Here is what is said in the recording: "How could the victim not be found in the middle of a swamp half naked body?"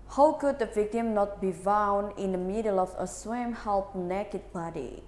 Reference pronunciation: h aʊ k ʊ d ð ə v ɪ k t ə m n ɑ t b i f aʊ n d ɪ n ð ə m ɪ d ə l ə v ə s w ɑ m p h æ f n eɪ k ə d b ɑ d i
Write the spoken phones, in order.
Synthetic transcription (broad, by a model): h aʊ k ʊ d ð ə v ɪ k t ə m n ɑ t b i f aʊ n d ɪ n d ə m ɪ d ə l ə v ə s w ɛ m h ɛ p n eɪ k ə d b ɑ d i